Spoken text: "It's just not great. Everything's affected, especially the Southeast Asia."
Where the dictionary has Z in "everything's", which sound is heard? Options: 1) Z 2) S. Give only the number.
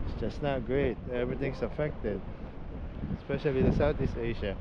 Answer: 2